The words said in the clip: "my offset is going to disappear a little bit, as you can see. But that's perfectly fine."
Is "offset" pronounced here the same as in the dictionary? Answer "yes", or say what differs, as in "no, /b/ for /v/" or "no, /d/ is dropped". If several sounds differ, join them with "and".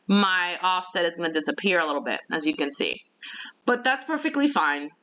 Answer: yes